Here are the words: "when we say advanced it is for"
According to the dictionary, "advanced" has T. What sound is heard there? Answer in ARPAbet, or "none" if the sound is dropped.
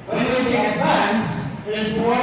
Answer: none